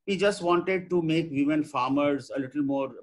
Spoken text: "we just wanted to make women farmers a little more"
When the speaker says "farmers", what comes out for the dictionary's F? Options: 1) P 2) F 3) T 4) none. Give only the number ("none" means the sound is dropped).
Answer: 2